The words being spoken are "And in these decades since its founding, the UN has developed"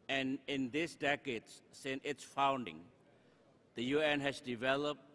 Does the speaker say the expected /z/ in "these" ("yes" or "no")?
no